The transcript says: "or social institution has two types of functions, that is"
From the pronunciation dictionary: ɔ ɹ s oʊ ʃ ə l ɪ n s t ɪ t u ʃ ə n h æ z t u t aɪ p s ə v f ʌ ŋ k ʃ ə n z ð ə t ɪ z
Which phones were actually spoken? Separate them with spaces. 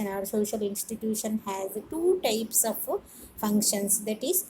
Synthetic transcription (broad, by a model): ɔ ɹ s oʊ ʃ ə l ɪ n s t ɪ t u ʃ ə n h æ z t u t aɪ p s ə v f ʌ ŋ k ʃ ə n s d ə t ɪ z